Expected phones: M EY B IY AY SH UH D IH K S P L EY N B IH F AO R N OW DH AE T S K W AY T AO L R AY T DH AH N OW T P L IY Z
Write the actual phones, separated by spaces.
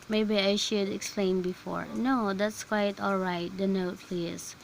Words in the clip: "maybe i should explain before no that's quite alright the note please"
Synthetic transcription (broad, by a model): M EY B IY AY SH UH D IH K S P L EY N B IH F AO R N OW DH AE T S K W AY T AO L R AY T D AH N OW T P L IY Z